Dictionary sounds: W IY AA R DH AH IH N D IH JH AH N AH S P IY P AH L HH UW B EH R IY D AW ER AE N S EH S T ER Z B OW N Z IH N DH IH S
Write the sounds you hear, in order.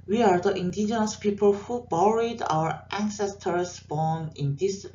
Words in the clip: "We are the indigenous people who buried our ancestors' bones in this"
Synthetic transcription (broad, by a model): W IY AA R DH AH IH N D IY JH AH N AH S P IY P AH L HH UW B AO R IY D AW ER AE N S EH S T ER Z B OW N IH N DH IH S